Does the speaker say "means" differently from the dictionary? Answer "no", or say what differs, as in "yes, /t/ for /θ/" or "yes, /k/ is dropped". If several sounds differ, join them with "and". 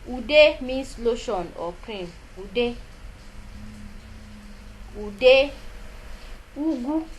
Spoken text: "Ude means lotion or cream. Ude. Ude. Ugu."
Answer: yes, /s/ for /z/